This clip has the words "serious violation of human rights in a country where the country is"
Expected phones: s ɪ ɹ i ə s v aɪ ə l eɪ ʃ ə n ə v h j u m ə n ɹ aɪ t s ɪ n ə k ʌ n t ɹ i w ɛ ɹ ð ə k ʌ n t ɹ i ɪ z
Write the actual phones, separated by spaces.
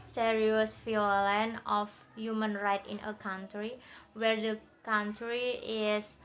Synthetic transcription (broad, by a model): s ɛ ɹ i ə s f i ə l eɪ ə n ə f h j u m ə n ɹ aɪ t ɪ n ə k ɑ n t ɹ i w ɛ ɹ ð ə k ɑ n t ɹ i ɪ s